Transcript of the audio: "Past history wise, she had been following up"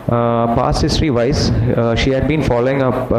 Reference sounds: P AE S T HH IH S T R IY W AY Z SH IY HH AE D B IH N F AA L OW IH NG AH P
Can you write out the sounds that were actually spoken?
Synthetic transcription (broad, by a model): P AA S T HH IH S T R IY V AY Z SH IY HH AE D B IH N F AA L OW IH NG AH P